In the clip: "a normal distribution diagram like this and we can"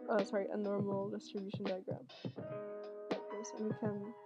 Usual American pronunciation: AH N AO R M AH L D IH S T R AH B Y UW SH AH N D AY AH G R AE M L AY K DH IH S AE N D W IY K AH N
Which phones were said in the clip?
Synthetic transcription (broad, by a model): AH N AO R M AH L D IH S T R AH B Y UW SH AH N D AY AH G R AE M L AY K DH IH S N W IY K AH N